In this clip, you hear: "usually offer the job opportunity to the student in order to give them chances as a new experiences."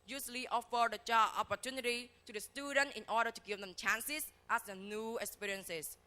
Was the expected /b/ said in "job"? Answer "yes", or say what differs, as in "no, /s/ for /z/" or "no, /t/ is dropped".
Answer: no, /b/ is dropped